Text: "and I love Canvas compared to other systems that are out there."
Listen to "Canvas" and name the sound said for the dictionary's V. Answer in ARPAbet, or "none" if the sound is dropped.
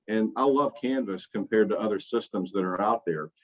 V